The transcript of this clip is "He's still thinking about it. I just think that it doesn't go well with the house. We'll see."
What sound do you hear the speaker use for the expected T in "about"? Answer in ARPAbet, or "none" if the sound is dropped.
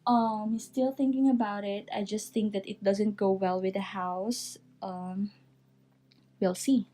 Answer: T